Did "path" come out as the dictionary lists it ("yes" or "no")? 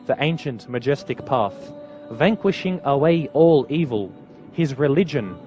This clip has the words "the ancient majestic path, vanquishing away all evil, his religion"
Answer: yes